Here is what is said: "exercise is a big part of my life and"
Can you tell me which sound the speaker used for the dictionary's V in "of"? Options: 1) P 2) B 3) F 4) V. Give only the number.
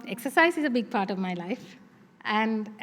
4